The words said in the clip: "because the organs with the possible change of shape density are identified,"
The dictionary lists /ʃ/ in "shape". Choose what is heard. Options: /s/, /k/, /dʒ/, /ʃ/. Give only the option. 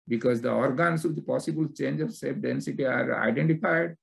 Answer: /s/